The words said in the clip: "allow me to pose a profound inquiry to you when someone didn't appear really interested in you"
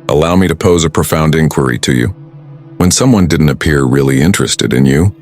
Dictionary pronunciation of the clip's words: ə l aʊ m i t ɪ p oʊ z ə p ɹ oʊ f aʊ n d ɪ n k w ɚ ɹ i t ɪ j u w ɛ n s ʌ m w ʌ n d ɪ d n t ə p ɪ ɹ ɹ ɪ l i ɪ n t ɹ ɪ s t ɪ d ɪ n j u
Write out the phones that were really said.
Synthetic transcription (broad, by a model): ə l aʊ m i t ɪ p oʊ z ə p ɹ oʊ f aʊ n d ɪ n k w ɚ ɹ i t ɪ j u w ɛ n s ʌ m w ʌ n d ɪ d n t ə p ɪ ɹ ɹ ɪ l i ɪ n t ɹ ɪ s t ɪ d ɪ n j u